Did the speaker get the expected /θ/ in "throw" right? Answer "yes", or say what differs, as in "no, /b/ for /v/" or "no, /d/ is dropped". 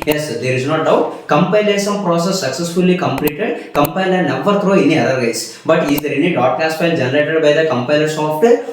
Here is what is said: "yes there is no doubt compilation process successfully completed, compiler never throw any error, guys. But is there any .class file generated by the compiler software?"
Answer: no, /t/ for /θ/